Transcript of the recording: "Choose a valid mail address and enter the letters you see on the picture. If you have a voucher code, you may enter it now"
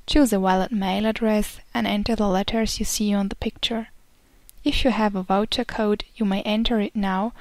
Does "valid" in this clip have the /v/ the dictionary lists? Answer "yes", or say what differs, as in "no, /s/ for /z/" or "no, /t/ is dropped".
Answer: no, /w/ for /v/